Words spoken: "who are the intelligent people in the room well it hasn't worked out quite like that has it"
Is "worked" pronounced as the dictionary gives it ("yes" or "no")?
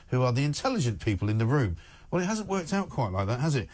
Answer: yes